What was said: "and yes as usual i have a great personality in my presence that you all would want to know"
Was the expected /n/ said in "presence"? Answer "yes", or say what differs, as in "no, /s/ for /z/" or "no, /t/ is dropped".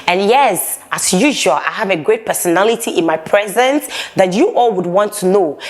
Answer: yes